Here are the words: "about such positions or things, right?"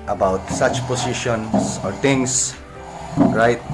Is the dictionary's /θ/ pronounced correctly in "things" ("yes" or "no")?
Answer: no